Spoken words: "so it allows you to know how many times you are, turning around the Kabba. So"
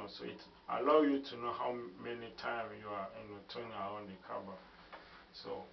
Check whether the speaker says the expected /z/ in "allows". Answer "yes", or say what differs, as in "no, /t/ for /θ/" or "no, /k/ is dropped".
no, /z/ is dropped